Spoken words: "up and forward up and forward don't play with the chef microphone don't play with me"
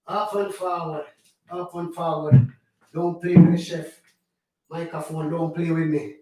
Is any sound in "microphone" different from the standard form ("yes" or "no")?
yes